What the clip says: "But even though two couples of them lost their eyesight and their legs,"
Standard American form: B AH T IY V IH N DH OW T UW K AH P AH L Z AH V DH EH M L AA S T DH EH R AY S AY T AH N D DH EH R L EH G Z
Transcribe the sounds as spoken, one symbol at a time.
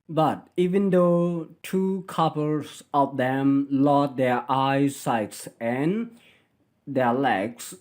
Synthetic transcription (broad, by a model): B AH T IY V IH N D OW T UW K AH P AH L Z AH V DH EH M L AA T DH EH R AY S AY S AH N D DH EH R L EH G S